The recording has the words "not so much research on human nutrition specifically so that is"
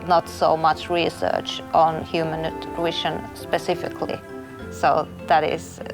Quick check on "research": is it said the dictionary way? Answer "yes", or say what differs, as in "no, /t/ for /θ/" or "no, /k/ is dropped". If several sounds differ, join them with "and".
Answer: yes